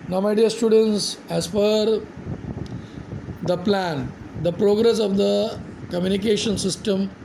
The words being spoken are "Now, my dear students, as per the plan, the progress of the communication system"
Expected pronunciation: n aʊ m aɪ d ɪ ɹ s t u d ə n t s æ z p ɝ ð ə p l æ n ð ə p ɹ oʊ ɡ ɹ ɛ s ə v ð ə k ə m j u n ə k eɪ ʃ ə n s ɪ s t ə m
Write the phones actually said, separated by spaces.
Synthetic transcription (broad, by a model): n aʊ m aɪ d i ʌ s t u d ə n t s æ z f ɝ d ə p l æ n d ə p ɹ oʊ ɡ ɹ ɛ s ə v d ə k ə m j u n ə k eɪ ʃ ə n s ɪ s t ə m